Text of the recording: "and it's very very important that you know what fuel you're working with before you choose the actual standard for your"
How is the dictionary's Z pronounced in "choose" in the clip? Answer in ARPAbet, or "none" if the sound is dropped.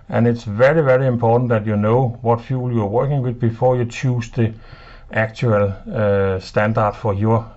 S